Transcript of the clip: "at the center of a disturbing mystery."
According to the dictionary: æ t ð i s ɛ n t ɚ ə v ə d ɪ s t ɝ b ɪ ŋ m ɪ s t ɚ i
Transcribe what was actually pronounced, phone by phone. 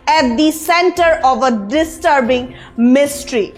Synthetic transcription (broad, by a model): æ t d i s ɛ n t ɚ ə v ə d ɪ s t ɝ b ɪ ŋ m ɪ s t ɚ i